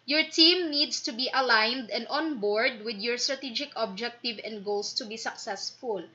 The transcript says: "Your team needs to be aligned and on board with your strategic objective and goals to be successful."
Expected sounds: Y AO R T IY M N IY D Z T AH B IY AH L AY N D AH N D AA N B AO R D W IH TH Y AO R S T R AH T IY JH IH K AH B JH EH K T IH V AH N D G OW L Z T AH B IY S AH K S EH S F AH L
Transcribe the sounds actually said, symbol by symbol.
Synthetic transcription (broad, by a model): Y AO R T IY M N IY D S T AH B IY AH L AY N D AH N D AA N B AO R D W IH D Y AO R S T R AH T IY JH IH K AH B JH EH K T IH V AH N D G OW L S T AH B IY S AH K S EH S F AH L